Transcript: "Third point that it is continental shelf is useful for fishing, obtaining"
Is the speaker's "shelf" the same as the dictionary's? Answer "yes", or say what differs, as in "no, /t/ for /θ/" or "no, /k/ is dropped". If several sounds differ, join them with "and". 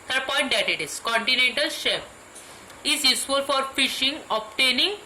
no, /l/ is dropped